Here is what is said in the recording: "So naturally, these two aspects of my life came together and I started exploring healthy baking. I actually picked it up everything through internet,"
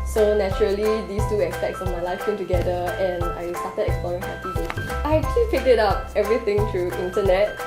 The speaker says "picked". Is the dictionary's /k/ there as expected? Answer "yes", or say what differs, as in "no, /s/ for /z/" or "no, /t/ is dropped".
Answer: no, /k/ is dropped